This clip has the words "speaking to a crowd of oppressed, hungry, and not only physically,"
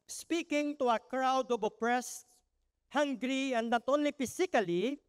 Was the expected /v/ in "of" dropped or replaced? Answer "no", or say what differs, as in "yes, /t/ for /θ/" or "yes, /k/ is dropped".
yes, /b/ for /v/